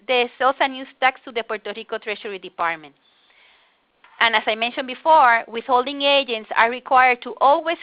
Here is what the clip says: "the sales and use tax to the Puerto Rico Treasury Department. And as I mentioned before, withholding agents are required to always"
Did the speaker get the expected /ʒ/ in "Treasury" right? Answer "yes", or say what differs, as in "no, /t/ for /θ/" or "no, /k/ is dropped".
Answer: no, /ʃ/ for /ʒ/